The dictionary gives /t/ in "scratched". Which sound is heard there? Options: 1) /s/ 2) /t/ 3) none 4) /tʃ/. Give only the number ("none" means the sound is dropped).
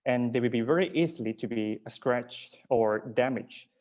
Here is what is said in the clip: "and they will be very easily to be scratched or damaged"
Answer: 3